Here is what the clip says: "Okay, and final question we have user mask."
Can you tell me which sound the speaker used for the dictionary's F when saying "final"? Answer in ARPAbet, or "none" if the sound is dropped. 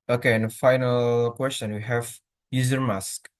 F